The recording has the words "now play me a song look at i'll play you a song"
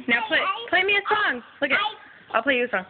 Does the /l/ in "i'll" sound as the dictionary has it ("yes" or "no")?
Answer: yes